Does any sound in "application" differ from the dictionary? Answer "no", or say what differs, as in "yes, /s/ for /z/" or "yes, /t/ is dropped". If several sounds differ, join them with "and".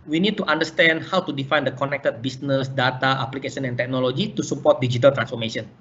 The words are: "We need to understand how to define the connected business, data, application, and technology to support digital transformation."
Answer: yes, /s/ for /ʃ/